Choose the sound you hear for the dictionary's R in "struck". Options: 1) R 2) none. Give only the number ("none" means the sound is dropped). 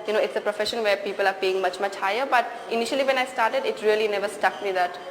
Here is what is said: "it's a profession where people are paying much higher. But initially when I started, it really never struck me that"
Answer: 2